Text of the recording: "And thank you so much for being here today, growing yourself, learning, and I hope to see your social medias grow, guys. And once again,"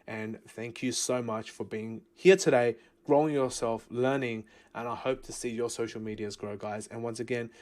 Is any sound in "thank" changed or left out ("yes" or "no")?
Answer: no